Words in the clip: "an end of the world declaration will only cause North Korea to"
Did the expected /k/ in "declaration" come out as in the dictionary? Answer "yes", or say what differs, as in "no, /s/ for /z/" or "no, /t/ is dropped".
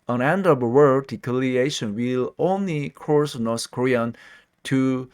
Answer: no, /k/ is dropped